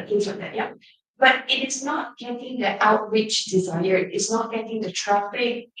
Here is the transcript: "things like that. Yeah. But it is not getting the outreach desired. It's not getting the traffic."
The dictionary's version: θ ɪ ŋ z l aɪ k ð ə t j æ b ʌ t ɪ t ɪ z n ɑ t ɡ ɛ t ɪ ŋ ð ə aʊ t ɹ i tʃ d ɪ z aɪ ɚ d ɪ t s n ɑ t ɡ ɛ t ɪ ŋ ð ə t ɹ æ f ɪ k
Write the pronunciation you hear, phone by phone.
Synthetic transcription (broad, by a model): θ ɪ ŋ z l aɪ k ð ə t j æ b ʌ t ɪ t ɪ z n ɑ t ɡ ɛ t ɪ ŋ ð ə aʊ t w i tʃ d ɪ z aɪ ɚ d ɪ t s n ɑ t ɡ ɛ t ɪ ŋ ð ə t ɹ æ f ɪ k